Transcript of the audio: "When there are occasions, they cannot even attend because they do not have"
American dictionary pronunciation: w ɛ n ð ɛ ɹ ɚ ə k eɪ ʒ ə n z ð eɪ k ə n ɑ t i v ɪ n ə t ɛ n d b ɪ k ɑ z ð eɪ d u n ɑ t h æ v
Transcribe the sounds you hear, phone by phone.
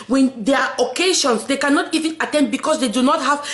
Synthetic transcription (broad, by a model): w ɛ n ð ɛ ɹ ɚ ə k eɪ ʃ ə n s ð eɪ k ə n ɑ t i v ɪ n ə t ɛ n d b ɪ k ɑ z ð eɪ d u n ɑ t h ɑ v